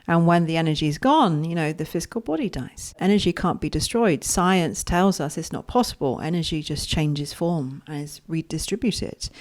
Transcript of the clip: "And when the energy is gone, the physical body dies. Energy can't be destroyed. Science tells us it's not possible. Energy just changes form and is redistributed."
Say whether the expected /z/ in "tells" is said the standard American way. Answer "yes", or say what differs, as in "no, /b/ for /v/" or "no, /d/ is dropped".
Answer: yes